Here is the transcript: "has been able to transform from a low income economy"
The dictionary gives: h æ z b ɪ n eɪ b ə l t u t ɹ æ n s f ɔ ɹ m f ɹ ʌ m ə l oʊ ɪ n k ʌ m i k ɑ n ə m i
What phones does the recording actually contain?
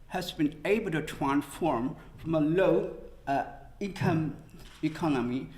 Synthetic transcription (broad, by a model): h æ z b ɪ n eɪ b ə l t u t ɹ æ n s f ɔ ɹ m f ɹ ʌ m ə l oʊ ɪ k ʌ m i k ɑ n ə m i